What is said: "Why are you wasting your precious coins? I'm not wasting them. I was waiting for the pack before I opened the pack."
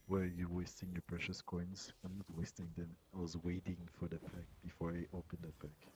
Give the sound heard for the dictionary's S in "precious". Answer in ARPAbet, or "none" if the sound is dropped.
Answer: S